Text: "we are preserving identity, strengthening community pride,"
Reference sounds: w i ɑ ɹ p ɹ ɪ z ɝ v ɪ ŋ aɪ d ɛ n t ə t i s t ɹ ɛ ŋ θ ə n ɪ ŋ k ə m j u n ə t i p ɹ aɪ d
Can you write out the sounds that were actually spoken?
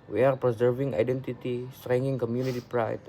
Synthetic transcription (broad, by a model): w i ɑ ɹ p ɹ ɪ z ɝ v ɪ ŋ aɪ d ɛ n t ə t i s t ɹ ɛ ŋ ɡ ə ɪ ŋ k ə m j u n ə t i p ɹ aɪ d